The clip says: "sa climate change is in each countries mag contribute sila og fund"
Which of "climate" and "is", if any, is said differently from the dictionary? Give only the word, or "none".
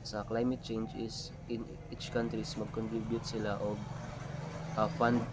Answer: is